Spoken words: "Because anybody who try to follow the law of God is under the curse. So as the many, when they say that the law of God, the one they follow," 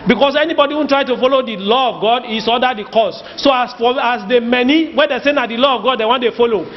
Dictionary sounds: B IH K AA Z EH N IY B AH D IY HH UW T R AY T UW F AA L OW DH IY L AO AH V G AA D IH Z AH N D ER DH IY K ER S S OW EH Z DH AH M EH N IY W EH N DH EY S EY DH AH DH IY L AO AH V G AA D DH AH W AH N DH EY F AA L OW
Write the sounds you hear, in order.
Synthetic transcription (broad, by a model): B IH K AA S EH N IY B AH D IY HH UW T R AY T UW F AA L OW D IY L AO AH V G AA D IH S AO D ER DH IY K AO S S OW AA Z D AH M EH N IY W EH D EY S EY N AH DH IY L AO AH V G AA D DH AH W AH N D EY F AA L OW